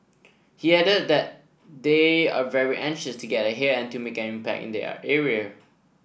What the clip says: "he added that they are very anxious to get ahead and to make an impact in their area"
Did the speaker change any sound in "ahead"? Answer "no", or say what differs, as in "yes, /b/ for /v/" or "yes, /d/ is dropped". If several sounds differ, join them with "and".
yes, /d/ is dropped